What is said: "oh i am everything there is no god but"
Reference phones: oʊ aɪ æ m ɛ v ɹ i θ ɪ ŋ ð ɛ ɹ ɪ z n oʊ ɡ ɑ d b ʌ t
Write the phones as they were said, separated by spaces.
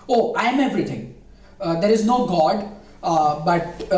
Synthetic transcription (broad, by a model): oʊ aɪ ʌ m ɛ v ɹ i t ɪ ŋ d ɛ ɹ ɪ z n oʊ ɡ ɑ d b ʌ t